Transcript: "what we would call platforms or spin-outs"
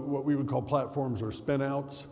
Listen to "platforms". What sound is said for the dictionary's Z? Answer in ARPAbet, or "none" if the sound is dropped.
Z